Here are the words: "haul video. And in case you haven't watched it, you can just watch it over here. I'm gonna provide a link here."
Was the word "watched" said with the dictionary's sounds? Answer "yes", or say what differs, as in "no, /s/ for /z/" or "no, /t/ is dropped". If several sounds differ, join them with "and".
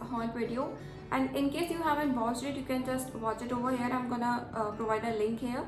no, /s/ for /tʃ/